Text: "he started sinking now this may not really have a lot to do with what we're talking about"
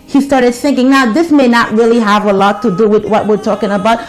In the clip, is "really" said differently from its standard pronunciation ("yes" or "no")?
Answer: no